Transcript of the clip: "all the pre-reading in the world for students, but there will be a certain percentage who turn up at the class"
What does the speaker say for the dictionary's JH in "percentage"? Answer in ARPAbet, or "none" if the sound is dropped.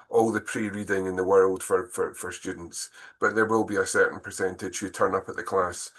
ZH